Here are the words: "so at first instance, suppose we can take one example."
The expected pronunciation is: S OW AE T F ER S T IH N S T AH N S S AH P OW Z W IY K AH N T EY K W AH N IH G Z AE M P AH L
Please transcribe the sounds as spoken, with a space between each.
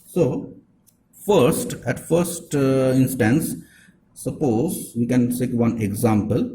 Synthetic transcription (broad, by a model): S OW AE T F ER S T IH N S T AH N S S AH P OW Z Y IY K AH N S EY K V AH N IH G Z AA M P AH L